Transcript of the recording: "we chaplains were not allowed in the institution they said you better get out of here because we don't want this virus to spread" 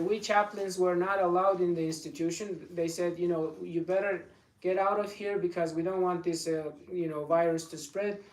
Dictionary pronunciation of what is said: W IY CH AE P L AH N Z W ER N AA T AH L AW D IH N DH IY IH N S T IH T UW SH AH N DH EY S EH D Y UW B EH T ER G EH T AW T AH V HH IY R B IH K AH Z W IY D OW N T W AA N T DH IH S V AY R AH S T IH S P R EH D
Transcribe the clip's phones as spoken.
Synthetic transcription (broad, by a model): W IY CH AE P L AH N Z W ER N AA T AH L AW D IH N DH IY IH N S T IH T UW SH AH N DH EY S EH D Y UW B EH T ER G EH T AW T AH V HH IY R B IH K AH Z W IY D OW N T W AA N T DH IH S V AY R AH S T IH S P R EH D